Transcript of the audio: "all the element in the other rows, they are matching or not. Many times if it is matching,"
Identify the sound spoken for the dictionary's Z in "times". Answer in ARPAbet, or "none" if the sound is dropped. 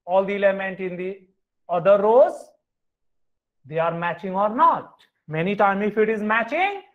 none